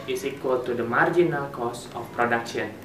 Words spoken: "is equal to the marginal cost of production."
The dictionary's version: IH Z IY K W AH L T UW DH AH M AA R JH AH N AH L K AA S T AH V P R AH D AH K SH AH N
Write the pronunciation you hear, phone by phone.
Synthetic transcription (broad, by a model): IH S IY K W AH L T UW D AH M AA R JH AH N AH L K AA S AH F P R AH D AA K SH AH N